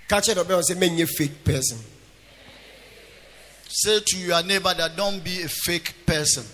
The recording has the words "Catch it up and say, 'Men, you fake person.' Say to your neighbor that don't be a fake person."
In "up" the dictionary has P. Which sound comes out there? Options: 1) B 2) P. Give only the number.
1